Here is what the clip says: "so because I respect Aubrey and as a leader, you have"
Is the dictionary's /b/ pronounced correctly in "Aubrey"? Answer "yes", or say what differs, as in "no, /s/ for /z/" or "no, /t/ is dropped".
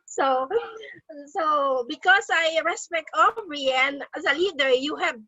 no, /b/ is dropped